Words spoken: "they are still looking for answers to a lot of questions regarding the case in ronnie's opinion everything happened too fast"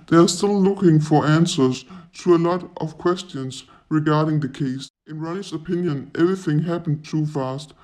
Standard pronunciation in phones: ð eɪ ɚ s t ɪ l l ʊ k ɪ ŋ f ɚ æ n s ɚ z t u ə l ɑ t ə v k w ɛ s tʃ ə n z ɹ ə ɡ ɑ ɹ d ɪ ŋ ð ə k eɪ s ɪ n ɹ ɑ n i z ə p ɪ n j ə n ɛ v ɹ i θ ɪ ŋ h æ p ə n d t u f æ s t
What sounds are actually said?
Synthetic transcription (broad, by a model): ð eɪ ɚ s t ɪ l l ʊ k ɪ ŋ f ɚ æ n s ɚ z t u ə l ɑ t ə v k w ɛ s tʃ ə n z ɹ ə ɡ ɑ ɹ d ɪ ŋ ð ə k eɪ s ɪ n ɹ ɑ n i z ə p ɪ n j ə n ɛ v ɹ i θ ɪ ŋ h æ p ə n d t u f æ s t